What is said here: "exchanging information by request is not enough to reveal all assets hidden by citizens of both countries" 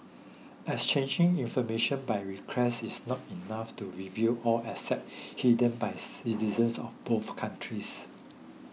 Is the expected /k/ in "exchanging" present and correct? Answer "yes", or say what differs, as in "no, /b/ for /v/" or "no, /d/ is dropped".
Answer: no, /k/ is dropped